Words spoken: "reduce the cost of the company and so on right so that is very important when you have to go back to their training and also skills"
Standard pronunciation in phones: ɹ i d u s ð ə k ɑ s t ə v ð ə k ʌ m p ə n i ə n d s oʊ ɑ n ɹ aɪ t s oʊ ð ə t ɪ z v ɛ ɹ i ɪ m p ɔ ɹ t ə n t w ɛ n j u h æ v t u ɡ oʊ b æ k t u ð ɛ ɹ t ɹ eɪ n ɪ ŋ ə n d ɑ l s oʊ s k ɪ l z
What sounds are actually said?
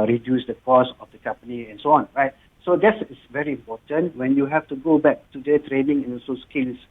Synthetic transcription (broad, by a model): ɹ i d u s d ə k ɑ s ə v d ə k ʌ m p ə n i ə n s oʊ ɑ n ɹ aɪ t s oʊ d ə t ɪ s v ɛ ɹ i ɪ m p ɔ t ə n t w ɛ n j u h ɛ f t u ɡ oʊ b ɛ k t u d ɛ t ɹ eɪ n ɪ ŋ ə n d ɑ s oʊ s k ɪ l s